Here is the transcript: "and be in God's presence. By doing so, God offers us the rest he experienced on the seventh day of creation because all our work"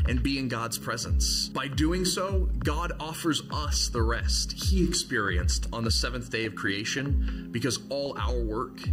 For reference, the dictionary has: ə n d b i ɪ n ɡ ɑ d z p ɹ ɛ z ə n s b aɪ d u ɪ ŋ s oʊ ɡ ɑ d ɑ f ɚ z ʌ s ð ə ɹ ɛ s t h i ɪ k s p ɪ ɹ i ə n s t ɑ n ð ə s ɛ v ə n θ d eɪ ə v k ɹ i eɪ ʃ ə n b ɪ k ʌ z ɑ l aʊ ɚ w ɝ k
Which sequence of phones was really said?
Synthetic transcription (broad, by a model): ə n b i ɪ n ɡ ɑ d z p ɹ ɛ z ə n s b aɪ d u ɪ ŋ s oʊ ɡ ɑ d ɑ f ɚ z ʌ s ð ə ɹ ɛ s t h i ɪ k s p ɪ ɹ i ə n s t n ð ə s ɛ v ə n θ d eɪ ə v k ɹ i eɪ ʃ ə n b ɪ k ʌ z ɑ l aʊ ɚ w ɝ k